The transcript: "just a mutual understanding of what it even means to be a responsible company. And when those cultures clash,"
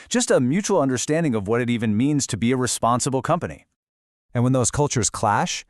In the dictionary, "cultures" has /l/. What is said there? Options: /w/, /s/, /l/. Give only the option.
/l/